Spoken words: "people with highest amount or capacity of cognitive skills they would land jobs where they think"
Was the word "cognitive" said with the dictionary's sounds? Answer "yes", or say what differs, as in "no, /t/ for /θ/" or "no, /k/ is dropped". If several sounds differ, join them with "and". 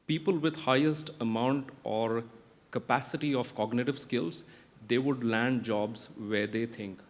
yes